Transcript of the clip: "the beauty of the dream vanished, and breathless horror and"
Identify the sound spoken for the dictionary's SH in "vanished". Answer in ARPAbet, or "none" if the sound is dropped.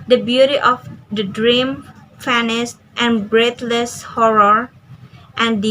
S